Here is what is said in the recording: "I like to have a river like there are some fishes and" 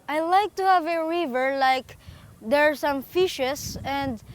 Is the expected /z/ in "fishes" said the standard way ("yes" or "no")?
no